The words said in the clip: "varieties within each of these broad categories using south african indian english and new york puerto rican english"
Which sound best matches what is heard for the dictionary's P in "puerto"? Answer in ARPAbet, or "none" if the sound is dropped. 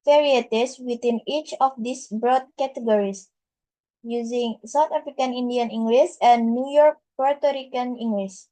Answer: P